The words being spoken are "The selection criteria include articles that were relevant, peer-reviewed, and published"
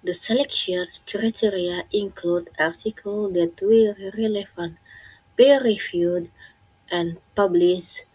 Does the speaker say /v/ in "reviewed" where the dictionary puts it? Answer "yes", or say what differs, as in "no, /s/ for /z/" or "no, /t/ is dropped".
no, /f/ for /v/